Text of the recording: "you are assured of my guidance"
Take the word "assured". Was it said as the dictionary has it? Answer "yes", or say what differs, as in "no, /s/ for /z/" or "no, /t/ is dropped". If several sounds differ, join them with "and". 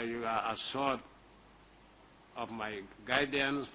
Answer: no, /s/ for /ʃ/